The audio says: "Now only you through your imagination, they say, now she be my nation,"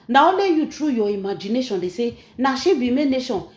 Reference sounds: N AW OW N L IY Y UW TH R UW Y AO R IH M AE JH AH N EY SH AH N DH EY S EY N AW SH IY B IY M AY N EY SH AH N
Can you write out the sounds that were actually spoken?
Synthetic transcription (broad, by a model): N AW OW L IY Y UW T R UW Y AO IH M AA JH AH N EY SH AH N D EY S EY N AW SH IY B IY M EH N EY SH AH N